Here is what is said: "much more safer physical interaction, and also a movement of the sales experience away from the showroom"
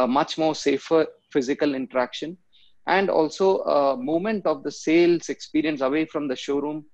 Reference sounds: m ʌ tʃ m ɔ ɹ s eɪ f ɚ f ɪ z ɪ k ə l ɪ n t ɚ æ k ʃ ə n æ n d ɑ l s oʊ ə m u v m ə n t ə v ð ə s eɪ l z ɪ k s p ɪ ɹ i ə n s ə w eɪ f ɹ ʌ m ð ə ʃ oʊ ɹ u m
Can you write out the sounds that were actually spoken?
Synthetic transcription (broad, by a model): m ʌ tʃ m ɔ ɹ s eɪ f ɚ f ɪ z ɪ k ə l ɪ n t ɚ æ k ʃ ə n æ n d ɑ l s oʊ ə m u m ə n t ə v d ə s eɪ l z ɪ k s p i ɹ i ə n s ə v eɪ f ɹ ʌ m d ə ʃ oʊ ɹ u m